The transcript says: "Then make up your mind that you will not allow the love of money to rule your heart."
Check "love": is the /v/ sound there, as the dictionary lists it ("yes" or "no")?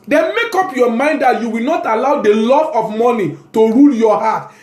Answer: no